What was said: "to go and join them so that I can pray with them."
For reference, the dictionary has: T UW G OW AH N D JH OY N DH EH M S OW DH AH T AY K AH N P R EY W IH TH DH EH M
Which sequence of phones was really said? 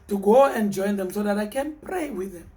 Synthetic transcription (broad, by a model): T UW G OW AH N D JH OY N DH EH M S OW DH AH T AY K AH N P R EY W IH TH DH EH M